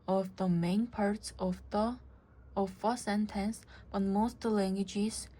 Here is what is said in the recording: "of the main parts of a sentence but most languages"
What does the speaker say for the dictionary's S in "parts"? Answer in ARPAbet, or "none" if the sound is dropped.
S